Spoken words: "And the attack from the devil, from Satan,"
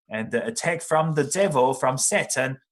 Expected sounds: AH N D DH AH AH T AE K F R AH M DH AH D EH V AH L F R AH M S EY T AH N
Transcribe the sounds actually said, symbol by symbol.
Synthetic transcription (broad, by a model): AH N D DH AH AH T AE K F R AH M DH AH D EH V AH L F R AH M S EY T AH N